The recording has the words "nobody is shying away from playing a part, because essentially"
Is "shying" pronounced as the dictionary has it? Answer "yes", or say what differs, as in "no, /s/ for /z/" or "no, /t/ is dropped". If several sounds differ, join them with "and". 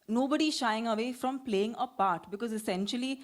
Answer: yes